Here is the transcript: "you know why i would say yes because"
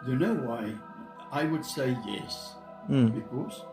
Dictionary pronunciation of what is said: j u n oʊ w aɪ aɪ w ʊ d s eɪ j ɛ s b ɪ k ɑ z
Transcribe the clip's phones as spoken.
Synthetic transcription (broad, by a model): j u n oʊ w aɪ aɪ w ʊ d s eɪ j ɛ s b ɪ k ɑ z